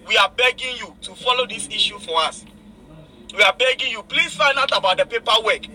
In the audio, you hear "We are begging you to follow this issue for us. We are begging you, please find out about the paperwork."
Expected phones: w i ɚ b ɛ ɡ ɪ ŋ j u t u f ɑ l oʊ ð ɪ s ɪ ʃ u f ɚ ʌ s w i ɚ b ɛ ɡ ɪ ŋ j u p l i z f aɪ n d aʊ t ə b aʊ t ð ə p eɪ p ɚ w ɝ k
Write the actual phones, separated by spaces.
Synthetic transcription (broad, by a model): w i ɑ b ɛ ɡ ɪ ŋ j u t u f ɑ l oʊ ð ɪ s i ʃ u f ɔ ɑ s w i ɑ b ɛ ɡ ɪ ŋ j u p l i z f aɪ n d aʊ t ə b aʊ t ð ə p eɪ p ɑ w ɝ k